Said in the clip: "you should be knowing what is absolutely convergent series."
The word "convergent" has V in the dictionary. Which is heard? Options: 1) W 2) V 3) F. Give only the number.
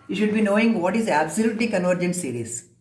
2